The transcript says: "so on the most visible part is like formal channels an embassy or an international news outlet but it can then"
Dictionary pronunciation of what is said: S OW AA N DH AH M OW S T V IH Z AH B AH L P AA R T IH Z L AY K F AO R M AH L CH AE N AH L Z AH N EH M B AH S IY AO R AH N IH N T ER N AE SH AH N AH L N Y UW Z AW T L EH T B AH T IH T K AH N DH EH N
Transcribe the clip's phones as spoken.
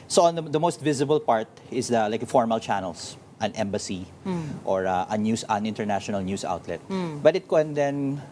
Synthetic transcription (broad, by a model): S OW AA N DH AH M OW S T V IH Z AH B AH L P AA R T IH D L AY K F AO R M AH L CH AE N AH L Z AH N EH M B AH S IY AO R AH N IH N T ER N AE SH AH N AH L N Y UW S AW T L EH T B AH T IH T K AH N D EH N